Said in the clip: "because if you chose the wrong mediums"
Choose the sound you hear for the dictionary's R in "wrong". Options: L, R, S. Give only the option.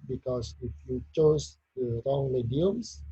R